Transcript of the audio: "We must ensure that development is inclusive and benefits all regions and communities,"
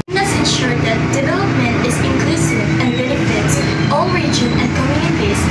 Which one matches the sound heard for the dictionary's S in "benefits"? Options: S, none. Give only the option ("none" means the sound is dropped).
none